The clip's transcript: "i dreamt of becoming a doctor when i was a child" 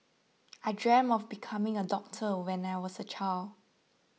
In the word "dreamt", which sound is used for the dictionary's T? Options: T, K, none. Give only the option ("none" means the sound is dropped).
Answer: none